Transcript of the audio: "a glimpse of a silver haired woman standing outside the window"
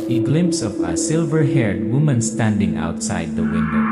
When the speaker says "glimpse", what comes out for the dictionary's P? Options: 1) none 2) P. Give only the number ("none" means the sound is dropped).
2